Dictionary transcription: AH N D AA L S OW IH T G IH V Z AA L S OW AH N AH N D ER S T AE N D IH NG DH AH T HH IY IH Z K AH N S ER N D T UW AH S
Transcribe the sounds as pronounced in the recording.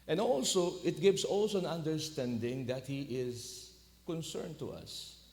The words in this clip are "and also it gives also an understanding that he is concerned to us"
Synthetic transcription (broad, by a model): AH N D AA L S OW IH T G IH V S AA L S OW AH N AH N D ER S T AE N D IH NG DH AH T HH IY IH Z K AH N S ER N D T UW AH S